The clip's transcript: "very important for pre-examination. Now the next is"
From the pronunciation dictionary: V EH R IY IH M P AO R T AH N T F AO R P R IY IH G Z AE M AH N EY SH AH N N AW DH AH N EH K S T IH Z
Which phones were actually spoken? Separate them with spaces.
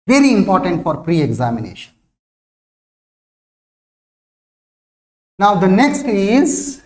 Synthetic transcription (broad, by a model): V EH R IY IH M P AO R T AH N T F AO R P R IY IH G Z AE M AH N EY SH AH N N AW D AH N EH K S T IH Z